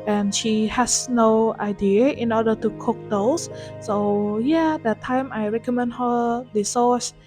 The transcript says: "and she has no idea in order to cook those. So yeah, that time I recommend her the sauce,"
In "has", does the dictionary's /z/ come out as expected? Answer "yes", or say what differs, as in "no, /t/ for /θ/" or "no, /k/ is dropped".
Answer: no, /s/ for /z/